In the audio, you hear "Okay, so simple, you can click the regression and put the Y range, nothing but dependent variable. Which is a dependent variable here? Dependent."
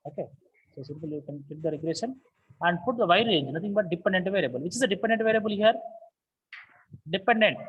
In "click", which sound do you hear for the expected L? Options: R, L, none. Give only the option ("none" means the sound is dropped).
none